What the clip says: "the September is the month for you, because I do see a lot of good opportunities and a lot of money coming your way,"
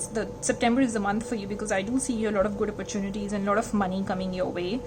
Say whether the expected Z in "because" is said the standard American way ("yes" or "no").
yes